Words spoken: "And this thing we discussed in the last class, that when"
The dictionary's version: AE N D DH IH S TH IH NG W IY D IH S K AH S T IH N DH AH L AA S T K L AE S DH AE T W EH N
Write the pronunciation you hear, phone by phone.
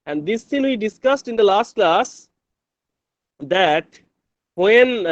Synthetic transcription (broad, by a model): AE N D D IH S T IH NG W IY D IH S K AH S T IH N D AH L AA S T K L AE S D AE T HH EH N